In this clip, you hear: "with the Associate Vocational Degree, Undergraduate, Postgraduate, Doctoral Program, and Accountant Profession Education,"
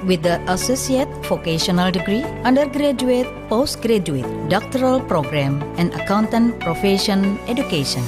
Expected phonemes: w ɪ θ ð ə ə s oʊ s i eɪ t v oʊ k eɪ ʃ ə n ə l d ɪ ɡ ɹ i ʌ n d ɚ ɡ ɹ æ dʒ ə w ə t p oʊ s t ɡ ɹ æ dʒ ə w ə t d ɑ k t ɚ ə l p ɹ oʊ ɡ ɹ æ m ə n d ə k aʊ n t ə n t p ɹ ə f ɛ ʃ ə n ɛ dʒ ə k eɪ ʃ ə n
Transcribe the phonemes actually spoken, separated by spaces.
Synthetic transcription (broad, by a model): w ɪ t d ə ə s oʊ s i eɪ t f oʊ k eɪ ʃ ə n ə l d ɪ ɡ ɹ i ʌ n d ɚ ɡ ɹ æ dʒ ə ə t p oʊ s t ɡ ɹ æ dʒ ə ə t d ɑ k t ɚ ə l p ɹ oʊ ɡ ɹ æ m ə n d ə k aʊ n t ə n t p ɹ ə f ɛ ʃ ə n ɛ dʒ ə k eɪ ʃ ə n